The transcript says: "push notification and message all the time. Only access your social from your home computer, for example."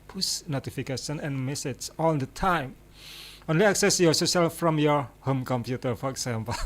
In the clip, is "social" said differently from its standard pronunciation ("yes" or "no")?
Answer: yes